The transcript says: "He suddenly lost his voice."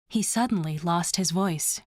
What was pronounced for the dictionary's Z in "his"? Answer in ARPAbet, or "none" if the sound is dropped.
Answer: Z